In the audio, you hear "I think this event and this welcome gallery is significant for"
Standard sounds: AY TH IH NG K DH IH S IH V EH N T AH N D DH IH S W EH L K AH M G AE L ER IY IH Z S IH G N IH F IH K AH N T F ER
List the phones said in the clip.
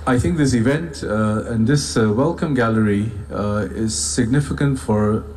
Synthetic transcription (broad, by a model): AY TH IH NG K DH IH S IH V EH N T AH N DH IH S W EH L K AH M G AE L ER IY IH Z S IH G N IH F IH K AH N T F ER